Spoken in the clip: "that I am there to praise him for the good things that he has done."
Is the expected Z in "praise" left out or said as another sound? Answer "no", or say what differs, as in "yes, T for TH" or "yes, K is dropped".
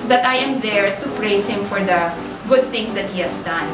yes, S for Z